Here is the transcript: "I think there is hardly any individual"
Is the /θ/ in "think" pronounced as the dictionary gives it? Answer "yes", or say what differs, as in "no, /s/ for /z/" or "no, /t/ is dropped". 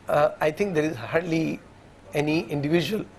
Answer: no, /t/ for /θ/